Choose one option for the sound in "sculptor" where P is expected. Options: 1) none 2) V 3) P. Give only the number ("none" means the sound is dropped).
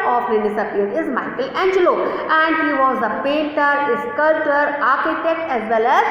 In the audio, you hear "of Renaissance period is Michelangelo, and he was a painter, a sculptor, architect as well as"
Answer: 1